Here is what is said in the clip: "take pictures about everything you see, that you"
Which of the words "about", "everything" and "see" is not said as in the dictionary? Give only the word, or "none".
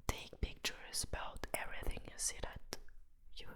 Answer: none